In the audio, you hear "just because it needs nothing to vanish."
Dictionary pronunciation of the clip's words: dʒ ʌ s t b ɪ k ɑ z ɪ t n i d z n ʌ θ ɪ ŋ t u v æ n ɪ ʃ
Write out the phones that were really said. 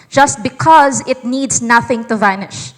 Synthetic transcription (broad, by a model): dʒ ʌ s t b ɪ k ɑ z ɪ t n i d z n ʌ θ ɪ ŋ t u v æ n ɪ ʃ